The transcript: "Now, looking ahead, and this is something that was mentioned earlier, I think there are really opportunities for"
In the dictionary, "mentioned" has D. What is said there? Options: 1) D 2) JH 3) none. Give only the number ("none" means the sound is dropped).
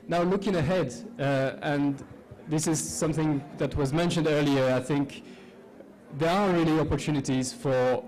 1